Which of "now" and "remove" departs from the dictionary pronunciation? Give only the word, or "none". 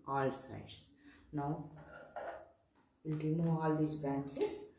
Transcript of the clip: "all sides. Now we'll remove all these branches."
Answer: remove